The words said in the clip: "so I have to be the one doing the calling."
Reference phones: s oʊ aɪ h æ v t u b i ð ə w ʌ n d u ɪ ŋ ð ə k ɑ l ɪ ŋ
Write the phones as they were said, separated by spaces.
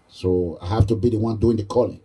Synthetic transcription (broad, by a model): s oʊ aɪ h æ f t u b i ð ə w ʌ n d u ɪ ŋ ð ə k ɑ l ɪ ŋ